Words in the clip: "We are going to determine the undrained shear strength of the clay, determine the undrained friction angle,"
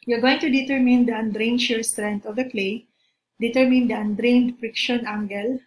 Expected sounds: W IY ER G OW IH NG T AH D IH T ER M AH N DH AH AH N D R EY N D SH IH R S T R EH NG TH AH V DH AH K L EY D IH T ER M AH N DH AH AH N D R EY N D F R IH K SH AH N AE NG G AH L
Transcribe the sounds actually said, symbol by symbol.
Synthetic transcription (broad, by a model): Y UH G OW IH NG T AH D IH T ER M AH N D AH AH N D R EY N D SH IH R S T R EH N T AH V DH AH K L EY D IH T ER M AH N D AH AH N D R EY N D F R IH K SH AH N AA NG G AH L